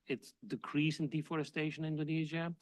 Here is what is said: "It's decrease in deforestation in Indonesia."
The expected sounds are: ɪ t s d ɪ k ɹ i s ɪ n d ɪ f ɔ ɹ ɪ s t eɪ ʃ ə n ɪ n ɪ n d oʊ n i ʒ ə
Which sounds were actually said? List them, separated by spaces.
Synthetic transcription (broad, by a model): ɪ t s d ɪ k ɹ i s ɪ n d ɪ f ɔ ɹ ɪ s t eɪ ə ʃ ɪ n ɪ n d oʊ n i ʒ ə